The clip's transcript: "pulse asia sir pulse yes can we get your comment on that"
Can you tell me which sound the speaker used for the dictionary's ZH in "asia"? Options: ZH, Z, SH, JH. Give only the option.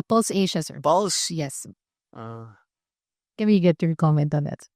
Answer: SH